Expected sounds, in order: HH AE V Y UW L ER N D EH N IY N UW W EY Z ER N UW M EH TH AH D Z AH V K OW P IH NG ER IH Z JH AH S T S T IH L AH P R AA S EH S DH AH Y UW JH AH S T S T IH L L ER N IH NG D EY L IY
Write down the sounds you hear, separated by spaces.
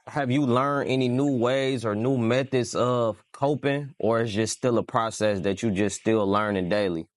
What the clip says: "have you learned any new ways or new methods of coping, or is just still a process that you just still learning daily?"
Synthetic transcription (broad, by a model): HH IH V Y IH L ER N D EH N IY N UW W EY Z ER N UW M EH TH AH D Z AH V K OW P IH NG ER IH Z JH AH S S T IH L AH P R AA S EH S DH AH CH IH JH AH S S T IH L L ER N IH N D EY L IY